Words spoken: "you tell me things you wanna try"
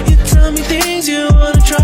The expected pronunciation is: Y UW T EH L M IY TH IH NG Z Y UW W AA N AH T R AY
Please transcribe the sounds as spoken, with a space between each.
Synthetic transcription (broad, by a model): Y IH T EH L M IY TH IH NG Z Y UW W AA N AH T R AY